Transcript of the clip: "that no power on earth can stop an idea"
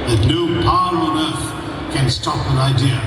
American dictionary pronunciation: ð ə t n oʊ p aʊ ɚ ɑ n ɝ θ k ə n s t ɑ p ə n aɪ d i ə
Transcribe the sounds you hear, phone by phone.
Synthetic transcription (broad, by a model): ð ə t n oʊ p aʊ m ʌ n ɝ f k ə n s t ɑ p ə n aɪ d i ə